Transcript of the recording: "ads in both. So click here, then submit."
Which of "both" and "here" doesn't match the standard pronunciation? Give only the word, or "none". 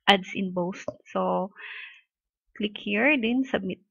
both